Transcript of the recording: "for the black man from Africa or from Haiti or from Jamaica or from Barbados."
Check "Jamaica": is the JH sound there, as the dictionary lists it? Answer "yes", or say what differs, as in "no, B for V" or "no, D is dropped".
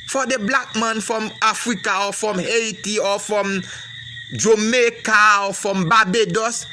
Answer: yes